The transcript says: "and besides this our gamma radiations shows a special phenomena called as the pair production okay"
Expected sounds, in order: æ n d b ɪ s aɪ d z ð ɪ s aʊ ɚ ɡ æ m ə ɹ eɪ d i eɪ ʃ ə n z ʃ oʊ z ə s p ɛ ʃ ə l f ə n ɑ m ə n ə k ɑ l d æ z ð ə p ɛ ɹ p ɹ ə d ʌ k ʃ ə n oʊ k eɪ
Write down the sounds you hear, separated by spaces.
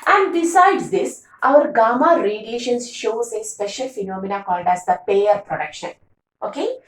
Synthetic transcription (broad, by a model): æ n d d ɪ s aɪ d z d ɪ s aʊ ɚ ɡ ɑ m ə ɹ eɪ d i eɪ ʃ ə n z ʃ oʊ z ə s p ɛ ʃ ə l f ə n ɑ m ə n ə k ɑ l d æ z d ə p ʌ ɹ p ɹ ə d ʌ k ʃ ə n oʊ k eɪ